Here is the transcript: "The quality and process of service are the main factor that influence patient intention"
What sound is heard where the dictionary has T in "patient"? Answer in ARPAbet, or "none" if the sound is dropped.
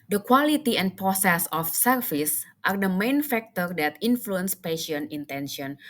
none